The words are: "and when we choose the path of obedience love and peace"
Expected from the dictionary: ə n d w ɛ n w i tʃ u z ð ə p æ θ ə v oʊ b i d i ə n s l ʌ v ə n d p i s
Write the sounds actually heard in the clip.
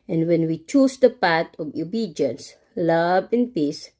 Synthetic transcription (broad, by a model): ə n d w ɛ n w i tʃ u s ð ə p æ t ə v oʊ b i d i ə n s l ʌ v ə n p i s